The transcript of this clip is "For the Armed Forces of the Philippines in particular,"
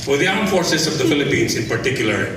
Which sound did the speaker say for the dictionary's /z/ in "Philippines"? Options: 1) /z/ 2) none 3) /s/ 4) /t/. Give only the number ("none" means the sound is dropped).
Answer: 3